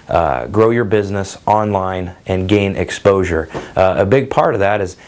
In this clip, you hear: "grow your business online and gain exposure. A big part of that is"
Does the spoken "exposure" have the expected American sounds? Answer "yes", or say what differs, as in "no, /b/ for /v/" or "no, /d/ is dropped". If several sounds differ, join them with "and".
yes